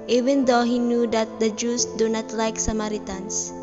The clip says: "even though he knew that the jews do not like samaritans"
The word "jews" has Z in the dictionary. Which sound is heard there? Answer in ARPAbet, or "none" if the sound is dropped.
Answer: S